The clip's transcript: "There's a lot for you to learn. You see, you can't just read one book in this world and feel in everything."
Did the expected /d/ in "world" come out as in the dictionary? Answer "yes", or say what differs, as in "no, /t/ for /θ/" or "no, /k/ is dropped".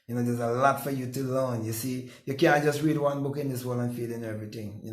no, /d/ is dropped